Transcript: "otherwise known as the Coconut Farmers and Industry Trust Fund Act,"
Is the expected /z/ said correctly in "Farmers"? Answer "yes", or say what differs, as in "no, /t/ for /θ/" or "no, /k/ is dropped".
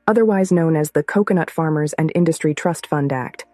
yes